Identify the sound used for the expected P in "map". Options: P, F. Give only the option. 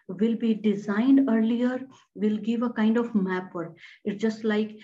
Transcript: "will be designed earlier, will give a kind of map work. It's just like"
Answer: P